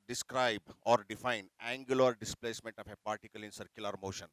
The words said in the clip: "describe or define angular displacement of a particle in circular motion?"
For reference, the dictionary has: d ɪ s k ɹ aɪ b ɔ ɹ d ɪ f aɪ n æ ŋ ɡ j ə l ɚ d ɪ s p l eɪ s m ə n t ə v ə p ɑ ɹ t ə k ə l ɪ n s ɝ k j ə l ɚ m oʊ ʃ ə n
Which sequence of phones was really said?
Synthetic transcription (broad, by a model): d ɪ s k ɹ aɪ b ɔ ɹ d ɪ f aɪ n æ ŋ ɡ j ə l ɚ d ɪ s p l eɪ s m ə n t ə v ə p ɑ ɹ t ə k ə l ɪ n s ɝ k j ə l ɚ m oʊ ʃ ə n